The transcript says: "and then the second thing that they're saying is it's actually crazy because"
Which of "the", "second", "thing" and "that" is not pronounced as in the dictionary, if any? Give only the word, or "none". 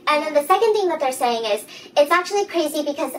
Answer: none